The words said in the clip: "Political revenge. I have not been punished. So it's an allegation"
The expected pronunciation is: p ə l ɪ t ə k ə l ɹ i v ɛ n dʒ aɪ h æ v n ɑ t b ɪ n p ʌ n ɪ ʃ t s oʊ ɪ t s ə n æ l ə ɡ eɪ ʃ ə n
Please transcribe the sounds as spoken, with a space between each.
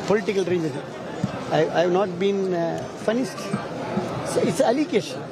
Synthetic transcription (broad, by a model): p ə l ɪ t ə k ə l ɹ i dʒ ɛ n aɪ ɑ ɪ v n ɑ t b ɪ n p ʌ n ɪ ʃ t s oʊ ɪ t s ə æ l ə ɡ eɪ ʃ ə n